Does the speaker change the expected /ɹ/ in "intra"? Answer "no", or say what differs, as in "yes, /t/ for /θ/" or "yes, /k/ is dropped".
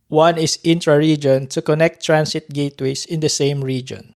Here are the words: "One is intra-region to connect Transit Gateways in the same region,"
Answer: no